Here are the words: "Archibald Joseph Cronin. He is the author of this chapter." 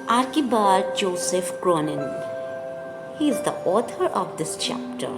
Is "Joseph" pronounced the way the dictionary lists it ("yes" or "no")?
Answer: yes